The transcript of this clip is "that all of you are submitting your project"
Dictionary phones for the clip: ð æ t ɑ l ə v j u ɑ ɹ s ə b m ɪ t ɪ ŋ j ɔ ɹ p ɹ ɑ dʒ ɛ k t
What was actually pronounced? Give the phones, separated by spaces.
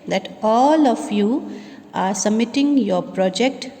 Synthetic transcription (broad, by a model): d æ t ɑ l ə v j u ɑ ɹ s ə m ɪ t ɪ ŋ j ɔ ɹ p ɹ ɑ dʒ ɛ k t